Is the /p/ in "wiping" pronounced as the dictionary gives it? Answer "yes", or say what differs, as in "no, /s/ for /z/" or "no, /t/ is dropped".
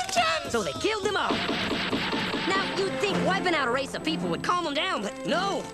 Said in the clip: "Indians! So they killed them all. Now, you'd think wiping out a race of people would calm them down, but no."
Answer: no, /b/ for /p/